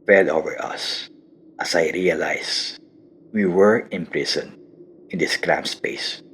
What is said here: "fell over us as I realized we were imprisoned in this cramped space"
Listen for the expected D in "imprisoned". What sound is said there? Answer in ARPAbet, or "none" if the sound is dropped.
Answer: none